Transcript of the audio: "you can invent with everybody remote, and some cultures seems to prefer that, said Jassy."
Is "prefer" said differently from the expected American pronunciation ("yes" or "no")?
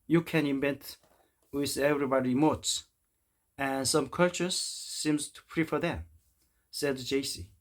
no